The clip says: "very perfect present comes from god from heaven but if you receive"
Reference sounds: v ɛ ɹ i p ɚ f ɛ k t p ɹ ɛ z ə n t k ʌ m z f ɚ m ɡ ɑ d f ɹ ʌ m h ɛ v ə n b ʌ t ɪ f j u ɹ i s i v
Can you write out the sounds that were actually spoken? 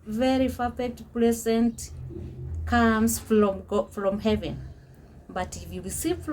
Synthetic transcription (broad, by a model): v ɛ ɹ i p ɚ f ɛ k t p l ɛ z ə n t k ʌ m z f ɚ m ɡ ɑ f ɹ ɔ m h ɛ v ə n b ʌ t ɪ f j u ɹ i s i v